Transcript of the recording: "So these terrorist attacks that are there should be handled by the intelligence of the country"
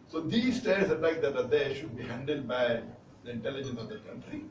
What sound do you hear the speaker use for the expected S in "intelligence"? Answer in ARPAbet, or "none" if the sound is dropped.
S